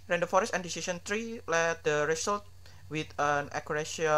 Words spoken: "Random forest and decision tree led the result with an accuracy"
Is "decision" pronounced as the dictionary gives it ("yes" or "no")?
no